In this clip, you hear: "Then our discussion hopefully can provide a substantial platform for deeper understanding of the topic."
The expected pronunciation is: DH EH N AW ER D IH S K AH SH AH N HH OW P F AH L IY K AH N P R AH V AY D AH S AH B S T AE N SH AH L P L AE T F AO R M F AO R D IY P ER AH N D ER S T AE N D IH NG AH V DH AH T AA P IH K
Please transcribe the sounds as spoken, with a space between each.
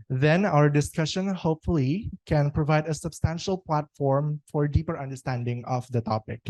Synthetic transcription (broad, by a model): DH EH N AW ER D IH S K AH SH AH N HH OW P F AH L IY K AH N P R AH V AY D AH S AH B S T AE N SH AH L P L AE T F AO R M F AO R D IY P ER AH N D ER S T AE N D IH NG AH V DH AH T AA P IH K